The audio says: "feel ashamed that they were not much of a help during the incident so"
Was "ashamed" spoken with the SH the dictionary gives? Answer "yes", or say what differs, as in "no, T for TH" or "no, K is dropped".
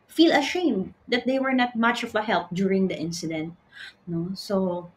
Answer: yes